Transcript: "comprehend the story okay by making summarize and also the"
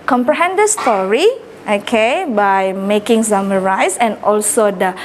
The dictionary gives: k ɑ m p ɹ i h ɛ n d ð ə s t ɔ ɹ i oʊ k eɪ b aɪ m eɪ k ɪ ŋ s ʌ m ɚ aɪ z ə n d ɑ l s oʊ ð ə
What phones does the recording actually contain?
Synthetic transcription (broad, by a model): k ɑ m p ɹ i h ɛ n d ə s t ɔ ɹ i oʊ k eɪ b aɪ m eɪ k ɪ ŋ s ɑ m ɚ aɪ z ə n ɑ l s oʊ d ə